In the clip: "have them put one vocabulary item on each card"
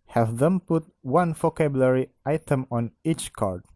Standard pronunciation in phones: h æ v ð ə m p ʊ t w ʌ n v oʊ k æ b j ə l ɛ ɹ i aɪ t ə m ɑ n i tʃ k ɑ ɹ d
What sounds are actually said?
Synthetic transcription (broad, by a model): h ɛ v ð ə m p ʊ t w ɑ n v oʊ k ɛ b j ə l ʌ ɹ i aɪ t ə m ɑ n i tʃ k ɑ ɹ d